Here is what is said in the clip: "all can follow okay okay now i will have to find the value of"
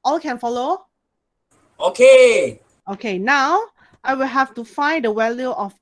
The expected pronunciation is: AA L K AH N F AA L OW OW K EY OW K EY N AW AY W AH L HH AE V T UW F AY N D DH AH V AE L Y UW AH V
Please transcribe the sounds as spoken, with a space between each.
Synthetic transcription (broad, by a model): AA L K AH N F AA L OW OW K EY OW K EY N AW AY W AH L HH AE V T UW F AY N D AH W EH L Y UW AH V